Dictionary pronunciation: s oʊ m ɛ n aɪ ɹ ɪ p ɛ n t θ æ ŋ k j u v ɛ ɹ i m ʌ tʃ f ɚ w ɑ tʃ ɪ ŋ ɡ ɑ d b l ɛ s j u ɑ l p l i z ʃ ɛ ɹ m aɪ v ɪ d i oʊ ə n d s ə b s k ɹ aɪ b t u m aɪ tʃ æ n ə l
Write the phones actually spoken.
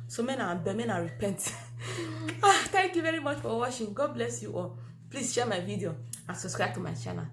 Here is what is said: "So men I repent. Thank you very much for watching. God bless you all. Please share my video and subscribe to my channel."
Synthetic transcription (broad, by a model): s oʊ m ɛ n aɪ ɹ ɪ p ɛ n t t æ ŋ k j u v ɛ ɹ i m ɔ tʃ f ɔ w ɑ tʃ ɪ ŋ ɡ ɑ d b l ɛ s j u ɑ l p l i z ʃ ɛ m aɪ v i d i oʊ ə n s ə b s k ɹ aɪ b t u m aɪ tʃ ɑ n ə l